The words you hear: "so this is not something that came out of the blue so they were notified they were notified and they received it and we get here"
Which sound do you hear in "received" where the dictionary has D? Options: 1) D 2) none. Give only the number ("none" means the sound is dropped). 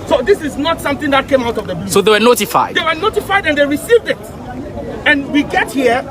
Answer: 1